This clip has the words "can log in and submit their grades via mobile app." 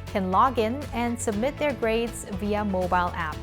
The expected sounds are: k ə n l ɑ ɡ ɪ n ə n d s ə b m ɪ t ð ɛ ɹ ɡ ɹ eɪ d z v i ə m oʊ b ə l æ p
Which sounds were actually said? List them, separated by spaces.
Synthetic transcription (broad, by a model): k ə n l ɑ ɡ ɪ n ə n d s ə b m ɪ t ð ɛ ɹ ɡ ɹ eɪ d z v i ə m oʊ b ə l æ p